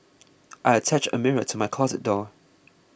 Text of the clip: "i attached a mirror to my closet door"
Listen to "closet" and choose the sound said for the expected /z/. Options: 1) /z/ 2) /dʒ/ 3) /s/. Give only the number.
1